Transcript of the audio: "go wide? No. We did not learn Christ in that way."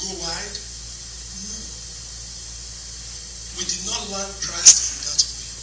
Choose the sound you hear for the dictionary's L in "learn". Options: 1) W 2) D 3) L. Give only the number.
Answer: 1